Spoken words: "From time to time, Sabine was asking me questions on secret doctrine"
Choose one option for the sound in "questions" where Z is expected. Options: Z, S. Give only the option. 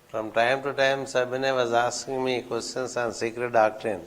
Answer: S